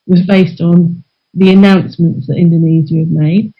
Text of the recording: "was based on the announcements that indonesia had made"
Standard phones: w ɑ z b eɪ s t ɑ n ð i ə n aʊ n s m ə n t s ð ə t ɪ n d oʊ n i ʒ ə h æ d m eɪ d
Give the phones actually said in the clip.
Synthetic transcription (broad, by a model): w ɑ z b eɪ s t n ð i ə n aʊ n s m ə n t s ð ə t ɪ n d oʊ n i z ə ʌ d m eɪ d